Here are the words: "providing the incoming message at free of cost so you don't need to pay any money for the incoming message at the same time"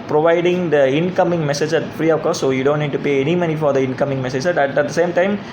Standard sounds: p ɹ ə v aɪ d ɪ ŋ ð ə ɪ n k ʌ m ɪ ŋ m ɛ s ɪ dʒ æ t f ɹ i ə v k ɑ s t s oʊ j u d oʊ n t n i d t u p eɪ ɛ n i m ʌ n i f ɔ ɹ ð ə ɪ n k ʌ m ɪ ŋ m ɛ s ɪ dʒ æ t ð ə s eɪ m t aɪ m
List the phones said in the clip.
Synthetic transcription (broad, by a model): p ɹ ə v aɪ d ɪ ŋ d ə ɪ n k ʌ m ɪ ŋ m ɛ s ɪ dʒ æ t f ɹ i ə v k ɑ t s oʊ j u d oʊ n t n i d t u p eɪ ɛ n i m ʌ n i f ɔ ɹ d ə ɪ n k ʌ m ɪ ŋ m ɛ s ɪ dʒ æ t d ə s eɪ m t aɪ m